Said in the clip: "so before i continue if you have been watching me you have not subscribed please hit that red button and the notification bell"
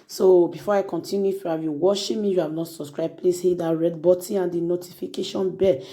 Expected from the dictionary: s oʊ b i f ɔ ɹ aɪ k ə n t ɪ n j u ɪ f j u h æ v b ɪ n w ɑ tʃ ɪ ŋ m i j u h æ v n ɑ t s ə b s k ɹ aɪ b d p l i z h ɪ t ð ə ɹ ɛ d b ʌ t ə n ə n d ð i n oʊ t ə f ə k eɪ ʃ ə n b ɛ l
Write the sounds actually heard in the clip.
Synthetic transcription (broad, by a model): s oʊ b i f ɔ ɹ aɪ k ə n t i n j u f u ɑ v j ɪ w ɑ ʃ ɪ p m i j u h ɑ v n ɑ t s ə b s k ɹ aɪ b p l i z h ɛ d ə ɹ ɛ d b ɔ t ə ə n d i n oʊ t ə f ə k eɪ ʃ ə n b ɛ